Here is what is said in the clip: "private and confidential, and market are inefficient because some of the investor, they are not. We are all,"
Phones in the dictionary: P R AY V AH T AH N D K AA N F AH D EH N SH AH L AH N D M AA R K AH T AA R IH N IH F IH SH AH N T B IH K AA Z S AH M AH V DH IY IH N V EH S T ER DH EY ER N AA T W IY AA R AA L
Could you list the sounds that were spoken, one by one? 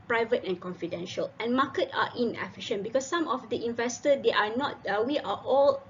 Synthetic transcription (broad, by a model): P R AY V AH T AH N K AA N F AH D EH N SH AH L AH N M AA K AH T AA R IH N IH F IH SH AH N B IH K AA S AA M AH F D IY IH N V EH S T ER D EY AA N AA T W IY AA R AA L